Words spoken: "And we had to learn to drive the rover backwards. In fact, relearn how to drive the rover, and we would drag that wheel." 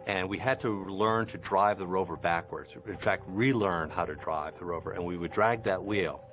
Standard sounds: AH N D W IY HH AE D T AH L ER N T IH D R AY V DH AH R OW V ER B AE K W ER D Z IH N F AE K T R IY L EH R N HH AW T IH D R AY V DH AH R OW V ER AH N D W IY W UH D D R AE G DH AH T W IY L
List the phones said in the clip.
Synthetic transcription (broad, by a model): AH N W IY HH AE D T AH L ER N T IH D R AY V DH AH R OW V ER B AE K W ER D Z IH N F AE K T R IY L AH R N HH AW T IH D R AY V DH AH R OW V ER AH N W IY W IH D D R AE G DH AH T W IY L